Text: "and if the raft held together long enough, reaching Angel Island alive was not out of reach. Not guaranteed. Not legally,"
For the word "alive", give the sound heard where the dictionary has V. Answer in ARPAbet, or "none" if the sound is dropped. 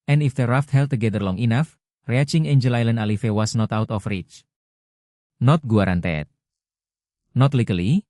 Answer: F